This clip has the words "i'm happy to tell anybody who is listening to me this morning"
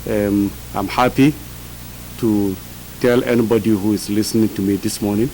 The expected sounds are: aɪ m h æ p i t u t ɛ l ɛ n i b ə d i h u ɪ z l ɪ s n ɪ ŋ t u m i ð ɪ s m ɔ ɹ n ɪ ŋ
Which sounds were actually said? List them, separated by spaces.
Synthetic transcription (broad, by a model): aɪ m h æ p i t u t ɛ l ɛ n i b ə d i h u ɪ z l ɪ s n ɪ ŋ t u m i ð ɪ s m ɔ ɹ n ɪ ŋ